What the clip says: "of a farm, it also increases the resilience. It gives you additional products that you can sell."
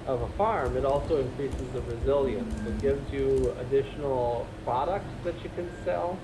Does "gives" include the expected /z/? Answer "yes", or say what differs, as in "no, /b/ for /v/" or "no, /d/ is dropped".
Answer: yes